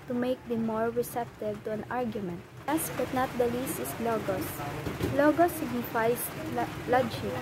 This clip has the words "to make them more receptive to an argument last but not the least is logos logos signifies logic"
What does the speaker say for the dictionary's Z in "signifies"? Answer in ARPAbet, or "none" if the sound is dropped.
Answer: S